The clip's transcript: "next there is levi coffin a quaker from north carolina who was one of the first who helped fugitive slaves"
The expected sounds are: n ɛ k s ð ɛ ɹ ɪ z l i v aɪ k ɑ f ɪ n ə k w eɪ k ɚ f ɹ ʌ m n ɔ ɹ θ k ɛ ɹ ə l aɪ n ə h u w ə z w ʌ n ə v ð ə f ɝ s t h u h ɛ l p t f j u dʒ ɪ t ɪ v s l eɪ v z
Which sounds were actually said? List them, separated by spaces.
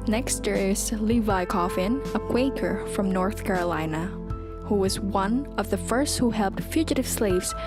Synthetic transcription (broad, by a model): n ɛ k s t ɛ ɹ ɪ z l i v aɪ k ɑ f ɪ n ə k w eɪ k ɚ f ɹ ʌ m n ɔ ɹ θ k ɛ ɹ ə l aɪ n ə h u w ə z w ʌ n ə v ð ə f ɝ s t h u h ɛ l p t f j u dʒ ɪ t ɪ v s l eɪ v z